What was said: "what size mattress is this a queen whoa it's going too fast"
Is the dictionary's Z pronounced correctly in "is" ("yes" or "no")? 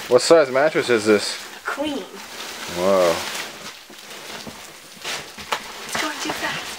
yes